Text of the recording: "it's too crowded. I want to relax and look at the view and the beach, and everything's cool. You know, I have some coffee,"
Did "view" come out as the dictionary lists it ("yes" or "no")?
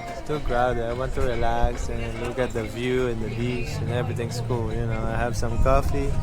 yes